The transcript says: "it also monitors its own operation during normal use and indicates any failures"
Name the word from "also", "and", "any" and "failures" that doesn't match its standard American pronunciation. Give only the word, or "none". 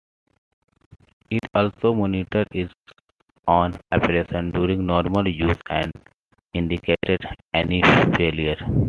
failures